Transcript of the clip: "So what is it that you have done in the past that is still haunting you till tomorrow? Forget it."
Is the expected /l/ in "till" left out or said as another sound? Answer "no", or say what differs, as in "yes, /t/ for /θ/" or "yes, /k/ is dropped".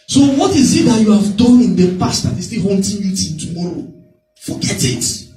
yes, /n/ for /l/